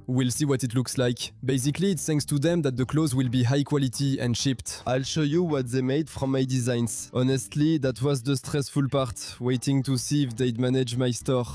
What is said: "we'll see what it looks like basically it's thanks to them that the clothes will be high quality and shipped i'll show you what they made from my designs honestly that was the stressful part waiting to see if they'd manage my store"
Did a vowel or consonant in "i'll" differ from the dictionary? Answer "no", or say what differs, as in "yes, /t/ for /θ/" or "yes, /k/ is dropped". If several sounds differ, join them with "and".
no